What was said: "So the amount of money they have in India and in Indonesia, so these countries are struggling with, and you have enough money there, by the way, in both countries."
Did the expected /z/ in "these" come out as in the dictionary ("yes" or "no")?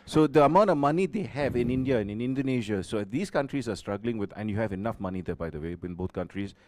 no